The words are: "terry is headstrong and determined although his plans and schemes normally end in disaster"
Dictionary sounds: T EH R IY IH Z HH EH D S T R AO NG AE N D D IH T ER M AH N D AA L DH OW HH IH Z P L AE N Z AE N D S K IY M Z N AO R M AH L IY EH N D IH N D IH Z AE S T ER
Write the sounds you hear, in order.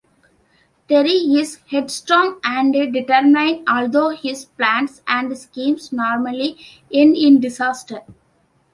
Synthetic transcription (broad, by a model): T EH R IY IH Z HH EH D S T R AO NG AE N D D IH T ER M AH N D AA L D OW HH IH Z P L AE N S AE N D S K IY M S N AO R M AH L IY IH N IH N D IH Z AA S T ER